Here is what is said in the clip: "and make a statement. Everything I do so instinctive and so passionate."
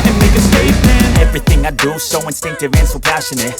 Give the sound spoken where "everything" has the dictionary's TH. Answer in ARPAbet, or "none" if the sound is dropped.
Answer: TH